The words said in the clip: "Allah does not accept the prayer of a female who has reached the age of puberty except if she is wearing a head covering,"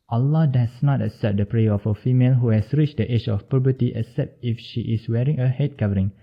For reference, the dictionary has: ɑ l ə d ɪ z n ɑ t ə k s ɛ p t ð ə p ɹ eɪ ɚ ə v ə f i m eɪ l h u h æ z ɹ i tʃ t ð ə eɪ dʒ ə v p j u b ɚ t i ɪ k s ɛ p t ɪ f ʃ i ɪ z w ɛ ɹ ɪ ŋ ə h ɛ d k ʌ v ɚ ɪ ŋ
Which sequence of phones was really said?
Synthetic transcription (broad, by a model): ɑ l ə d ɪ s n ɑ t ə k s ɛ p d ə p ɹ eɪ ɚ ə f ə f i m eɪ l h u h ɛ s ɹ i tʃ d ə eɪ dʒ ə f p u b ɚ t i ɪ k s ɛ p t ɪ f ʃ i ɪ s w ɛ ɹ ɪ ŋ ə h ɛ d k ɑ v ɚ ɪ ŋ